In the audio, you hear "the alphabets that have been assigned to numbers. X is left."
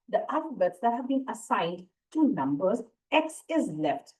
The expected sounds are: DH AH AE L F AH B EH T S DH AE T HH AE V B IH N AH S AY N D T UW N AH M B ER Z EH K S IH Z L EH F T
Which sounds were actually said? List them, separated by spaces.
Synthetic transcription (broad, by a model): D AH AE F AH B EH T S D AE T HH AE V B IH N AH S AY N D T UW N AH M B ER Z EH K S IH Z L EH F T